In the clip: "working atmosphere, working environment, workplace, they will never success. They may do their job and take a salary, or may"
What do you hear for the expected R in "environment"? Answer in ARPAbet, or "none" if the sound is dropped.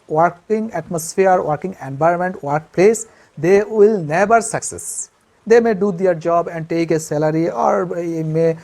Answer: none